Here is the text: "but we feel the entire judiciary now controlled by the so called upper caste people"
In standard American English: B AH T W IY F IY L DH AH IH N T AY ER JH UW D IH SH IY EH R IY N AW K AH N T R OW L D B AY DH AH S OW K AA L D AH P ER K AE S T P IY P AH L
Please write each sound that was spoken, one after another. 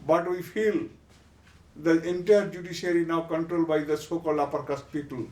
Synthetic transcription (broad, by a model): B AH T W IY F IY L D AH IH N T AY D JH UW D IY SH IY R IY N AW K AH N T R OW L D B AY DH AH S OW K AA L AA P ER K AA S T P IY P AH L